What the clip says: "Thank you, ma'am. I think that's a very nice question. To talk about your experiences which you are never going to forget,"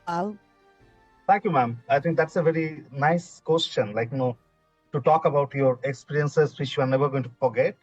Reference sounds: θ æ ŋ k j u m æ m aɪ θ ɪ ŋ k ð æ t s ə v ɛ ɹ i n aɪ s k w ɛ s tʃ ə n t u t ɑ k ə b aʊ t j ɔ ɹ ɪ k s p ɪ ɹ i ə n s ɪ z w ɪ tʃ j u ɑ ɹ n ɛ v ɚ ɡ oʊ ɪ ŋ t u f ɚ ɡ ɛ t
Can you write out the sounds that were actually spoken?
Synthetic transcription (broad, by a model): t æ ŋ k j u m æ m aɪ t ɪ ŋ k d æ t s ə v ɛ ɹ i n aɪ s k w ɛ s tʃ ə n t u t ɑ k ə b aʊ t j ɔ ɹ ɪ k s p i ɹ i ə n s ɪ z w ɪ tʃ j u ɑ ɹ n ɛ v ɚ ɡ oʊ ɪ ŋ t u f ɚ ɡ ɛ t